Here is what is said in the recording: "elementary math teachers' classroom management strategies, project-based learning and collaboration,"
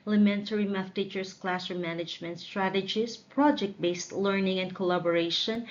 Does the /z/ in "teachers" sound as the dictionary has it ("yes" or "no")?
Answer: no